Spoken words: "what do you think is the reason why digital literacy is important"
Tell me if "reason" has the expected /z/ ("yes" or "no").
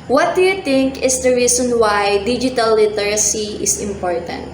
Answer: no